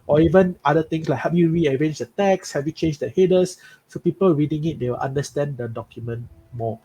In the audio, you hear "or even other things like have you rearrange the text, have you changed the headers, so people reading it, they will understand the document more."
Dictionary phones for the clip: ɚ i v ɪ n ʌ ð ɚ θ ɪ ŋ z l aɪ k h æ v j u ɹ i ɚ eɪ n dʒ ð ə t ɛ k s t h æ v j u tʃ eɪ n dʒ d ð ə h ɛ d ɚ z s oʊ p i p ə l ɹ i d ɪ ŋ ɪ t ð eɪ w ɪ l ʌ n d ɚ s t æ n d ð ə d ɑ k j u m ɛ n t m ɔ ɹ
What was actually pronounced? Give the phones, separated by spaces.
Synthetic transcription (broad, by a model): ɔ i v ɪ n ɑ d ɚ t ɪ ŋ s l aɪ k h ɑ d j u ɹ i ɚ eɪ n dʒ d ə t ɛ k s h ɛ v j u tʃ eɪ n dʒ d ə h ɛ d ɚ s s oʊ p i p ə l ɹ i d ɪ ŋ ɪ t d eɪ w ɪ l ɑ n d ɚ s t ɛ n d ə d ɑ k j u m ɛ n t m ɔ